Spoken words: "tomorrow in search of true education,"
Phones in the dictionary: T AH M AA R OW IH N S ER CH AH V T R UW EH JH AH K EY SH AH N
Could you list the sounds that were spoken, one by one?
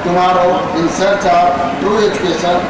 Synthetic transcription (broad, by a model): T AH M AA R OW IH N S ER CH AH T UW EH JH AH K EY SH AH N